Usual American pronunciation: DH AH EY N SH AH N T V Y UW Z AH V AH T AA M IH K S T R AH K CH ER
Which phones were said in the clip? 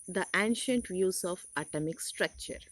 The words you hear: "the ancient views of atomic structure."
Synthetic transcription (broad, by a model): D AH EY N SH AH N T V Y UW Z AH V AH T AA M IH K S T R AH K CH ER